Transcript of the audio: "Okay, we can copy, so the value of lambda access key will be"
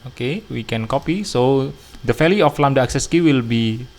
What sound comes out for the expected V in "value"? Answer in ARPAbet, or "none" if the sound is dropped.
F